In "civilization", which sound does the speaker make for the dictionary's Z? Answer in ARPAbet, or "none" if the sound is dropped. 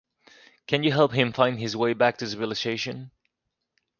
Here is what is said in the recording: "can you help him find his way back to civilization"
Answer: S